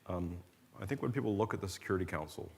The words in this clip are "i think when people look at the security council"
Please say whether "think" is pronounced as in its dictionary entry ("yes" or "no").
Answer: yes